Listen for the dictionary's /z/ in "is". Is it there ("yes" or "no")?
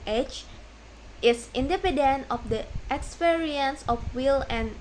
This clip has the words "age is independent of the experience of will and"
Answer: no